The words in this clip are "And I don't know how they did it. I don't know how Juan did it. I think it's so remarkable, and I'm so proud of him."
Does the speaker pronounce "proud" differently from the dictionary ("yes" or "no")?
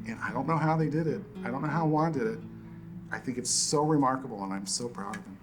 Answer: no